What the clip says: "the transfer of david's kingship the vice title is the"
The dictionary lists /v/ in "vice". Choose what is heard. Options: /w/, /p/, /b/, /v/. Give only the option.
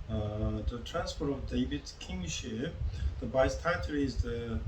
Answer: /b/